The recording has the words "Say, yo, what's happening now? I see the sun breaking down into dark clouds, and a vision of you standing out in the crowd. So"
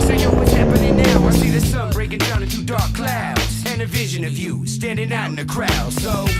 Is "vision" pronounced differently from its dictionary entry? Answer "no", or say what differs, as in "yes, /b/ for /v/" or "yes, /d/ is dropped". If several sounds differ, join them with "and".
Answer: no